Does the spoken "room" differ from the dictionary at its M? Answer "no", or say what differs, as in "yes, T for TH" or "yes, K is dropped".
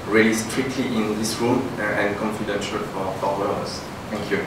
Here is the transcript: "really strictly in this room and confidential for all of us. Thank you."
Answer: yes, M is dropped